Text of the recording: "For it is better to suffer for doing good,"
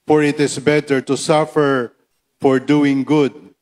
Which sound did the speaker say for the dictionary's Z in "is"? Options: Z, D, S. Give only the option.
S